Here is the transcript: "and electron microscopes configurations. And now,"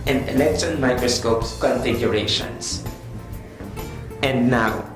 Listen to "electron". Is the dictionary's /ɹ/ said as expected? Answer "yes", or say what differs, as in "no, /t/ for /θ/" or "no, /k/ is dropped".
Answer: no, /ɹ/ is dropped